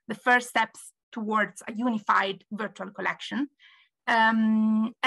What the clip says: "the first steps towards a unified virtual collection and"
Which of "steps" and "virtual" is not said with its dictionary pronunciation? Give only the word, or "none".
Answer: none